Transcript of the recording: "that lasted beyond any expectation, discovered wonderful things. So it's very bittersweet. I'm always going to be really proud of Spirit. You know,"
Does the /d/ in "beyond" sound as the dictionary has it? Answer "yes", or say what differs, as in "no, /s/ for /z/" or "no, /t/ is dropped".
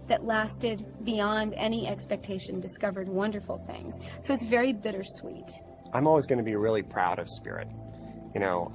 yes